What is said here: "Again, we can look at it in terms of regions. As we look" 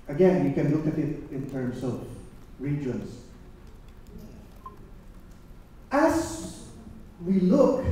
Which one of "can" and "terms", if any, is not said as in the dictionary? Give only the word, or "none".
terms